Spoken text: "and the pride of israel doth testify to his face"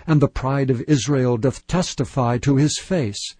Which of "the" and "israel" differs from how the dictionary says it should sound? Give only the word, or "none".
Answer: none